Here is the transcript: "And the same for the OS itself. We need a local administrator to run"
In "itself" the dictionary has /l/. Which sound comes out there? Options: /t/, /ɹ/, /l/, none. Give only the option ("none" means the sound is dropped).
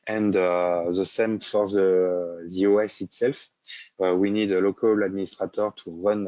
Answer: /l/